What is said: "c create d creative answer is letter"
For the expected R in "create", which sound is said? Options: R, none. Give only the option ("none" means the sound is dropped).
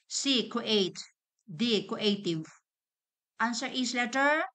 none